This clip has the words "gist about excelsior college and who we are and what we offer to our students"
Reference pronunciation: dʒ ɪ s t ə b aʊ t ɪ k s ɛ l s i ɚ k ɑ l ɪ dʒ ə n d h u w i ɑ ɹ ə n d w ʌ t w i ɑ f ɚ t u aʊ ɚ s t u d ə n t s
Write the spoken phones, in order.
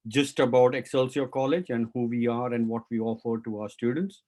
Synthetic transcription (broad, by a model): dʒ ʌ s t ə b aʊ t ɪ k s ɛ l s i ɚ k ɑ l ɪ dʒ ə n d h u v i ɑ ɹ ə n d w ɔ t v i ɑ f ɚ t u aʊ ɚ s t u d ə n t s